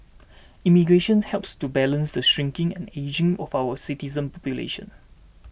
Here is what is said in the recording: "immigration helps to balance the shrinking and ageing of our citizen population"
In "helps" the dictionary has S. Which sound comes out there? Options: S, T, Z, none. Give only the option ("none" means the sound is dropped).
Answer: S